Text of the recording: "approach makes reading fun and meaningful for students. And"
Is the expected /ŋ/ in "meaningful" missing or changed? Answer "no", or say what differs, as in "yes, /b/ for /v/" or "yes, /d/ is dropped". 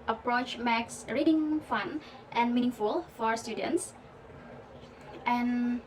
no